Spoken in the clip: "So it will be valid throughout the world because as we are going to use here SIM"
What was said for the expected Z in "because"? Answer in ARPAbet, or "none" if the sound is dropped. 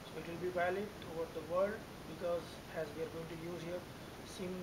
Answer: Z